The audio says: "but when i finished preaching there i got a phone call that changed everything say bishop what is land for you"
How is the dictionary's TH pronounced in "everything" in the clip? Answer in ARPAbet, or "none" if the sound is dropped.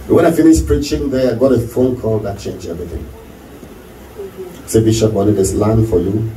TH